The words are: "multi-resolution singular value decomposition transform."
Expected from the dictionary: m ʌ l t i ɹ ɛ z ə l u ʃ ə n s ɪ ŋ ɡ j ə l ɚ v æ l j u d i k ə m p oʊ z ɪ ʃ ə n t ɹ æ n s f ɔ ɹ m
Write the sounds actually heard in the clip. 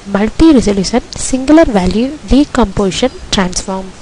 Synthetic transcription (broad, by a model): m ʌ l t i ɹ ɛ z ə l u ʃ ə n s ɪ ŋ ɡ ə l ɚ v æ l j u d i k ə m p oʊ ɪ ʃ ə n t ɹ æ n s f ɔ ɹ m